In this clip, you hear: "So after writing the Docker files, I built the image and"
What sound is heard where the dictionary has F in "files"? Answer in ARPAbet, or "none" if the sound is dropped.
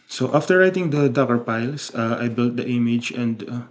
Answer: P